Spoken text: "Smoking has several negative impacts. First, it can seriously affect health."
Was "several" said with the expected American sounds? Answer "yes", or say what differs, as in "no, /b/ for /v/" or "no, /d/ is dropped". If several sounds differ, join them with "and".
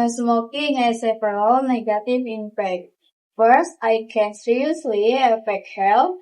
no, /p/ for /v/